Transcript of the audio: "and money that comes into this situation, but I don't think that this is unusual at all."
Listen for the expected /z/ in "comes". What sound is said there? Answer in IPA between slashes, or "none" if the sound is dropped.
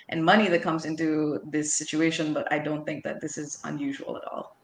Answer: /z/